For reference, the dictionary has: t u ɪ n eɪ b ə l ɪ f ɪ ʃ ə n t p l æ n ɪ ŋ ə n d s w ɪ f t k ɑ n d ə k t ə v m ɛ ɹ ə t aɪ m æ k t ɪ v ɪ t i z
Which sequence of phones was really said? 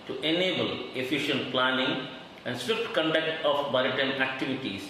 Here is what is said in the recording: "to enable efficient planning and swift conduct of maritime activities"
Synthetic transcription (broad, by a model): t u ɪ n eɪ b ə l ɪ f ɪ ʃ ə n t p l æ n ɪ ŋ ə n d s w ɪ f t k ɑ n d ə k t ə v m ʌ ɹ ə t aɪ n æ k t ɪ v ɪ t i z